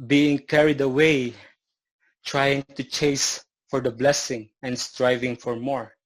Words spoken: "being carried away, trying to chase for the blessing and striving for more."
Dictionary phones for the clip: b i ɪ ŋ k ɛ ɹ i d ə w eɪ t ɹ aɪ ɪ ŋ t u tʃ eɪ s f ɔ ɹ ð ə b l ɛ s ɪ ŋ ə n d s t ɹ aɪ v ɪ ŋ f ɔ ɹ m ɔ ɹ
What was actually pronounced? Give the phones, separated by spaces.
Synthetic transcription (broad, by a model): b i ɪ ŋ k ɛ ɹ i d ə w eɪ t ɹ aɪ ɪ ŋ t u tʃ eɪ s f ɔ ɹ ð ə b l ɛ s ɪ ŋ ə n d s t ɹ aɪ v ɪ ŋ f ɔ ɹ m ɔ ɹ